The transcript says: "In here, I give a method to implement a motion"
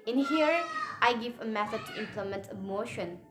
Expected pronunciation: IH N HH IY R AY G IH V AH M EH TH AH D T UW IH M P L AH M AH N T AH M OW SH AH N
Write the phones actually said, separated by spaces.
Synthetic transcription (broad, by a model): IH N HH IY R AY G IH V AH M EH S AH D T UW IH M P L AH M AH N T AH M OW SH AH N